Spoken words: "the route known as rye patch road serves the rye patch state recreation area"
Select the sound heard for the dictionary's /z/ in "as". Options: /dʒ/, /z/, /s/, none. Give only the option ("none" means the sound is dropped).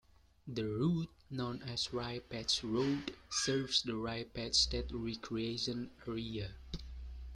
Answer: /s/